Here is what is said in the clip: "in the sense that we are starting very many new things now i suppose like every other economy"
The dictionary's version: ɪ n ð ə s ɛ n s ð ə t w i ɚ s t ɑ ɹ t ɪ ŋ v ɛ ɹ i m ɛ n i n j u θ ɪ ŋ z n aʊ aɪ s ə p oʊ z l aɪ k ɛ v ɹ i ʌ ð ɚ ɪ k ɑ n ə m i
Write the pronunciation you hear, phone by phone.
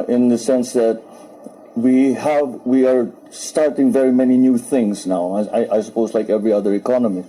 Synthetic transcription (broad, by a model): ɪ n ð ə s ɛ n s ð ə t w i ɚ s t ɑ ɹ t ɪ ŋ v ɛ ɹ i m ɛ n i n j u θ ɪ ŋ z n aʊ aɪ s ə p oʊ z l aɪ k ɛ v ɹ i ʌ ð ɚ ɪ k ɑ n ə m i